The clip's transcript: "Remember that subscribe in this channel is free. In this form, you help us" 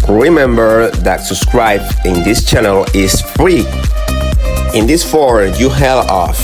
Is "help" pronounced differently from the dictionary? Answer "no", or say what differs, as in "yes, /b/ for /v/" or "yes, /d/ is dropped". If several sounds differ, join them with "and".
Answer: yes, /p/ is dropped